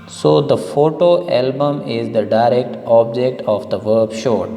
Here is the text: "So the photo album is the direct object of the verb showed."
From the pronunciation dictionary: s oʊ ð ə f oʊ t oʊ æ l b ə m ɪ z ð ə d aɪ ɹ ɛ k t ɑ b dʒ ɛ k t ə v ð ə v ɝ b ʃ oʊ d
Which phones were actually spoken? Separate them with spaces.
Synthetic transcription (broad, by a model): s oʊ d ə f oʊ t oʊ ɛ l b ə m ɪ z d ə d aɪ ɹ ɛ k t ɑ b dʒ ɛ k t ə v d ə v ɝ b ʃ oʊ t